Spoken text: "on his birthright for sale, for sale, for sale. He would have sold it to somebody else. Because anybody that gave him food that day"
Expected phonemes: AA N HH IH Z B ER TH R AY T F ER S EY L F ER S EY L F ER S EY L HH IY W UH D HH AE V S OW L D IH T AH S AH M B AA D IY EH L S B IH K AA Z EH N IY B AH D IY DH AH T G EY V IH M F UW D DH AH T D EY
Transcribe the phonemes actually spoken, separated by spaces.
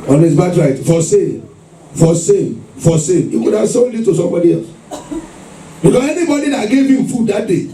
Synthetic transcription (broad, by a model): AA N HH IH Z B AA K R AY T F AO S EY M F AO S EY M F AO S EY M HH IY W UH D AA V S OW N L IH T AH S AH M B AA D IY EH L S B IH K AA S EH N IY B AH D IY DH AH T G EY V IH M F UW D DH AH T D EY